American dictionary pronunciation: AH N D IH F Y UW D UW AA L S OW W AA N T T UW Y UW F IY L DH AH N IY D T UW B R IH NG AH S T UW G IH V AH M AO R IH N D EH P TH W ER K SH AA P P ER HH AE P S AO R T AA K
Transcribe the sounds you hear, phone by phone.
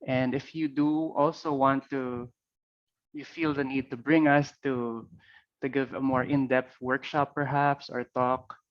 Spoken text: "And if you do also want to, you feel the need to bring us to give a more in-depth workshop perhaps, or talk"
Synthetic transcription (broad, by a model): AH N D IH F Y UW D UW AA L S OW W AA N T T UW Y UW F IY L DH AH N IY D T UW B R IH NG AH S T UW G IH V AH M AO R IH N D EH P T W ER K SH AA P P ER HH AE P S AO R T AA K